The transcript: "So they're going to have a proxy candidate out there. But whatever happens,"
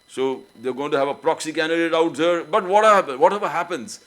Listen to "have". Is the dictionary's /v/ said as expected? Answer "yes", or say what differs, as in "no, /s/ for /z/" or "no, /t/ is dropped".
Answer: yes